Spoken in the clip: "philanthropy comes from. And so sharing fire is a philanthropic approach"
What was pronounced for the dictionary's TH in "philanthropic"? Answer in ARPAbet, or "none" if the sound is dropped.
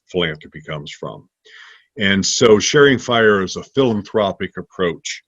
TH